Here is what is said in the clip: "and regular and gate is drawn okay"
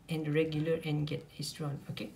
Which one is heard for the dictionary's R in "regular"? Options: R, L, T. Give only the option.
R